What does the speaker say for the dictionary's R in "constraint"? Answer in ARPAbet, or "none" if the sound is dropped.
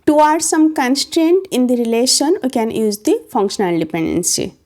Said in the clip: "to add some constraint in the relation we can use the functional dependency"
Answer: R